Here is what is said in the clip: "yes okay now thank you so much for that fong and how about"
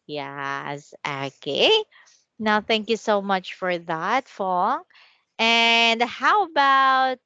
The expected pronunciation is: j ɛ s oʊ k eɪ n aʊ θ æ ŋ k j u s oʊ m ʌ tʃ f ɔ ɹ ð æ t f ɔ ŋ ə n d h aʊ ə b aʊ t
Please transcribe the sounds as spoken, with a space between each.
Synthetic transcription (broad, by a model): j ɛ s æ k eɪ n aʊ θ æ ŋ k j u s oʊ m ʌ tʃ f ɔ ɹ ð æ t f ɔ ŋ ə n d h aʊ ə b aʊ t